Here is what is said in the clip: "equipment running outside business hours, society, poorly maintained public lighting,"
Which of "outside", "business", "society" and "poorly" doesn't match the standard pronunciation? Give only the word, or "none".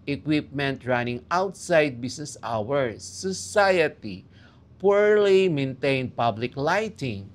business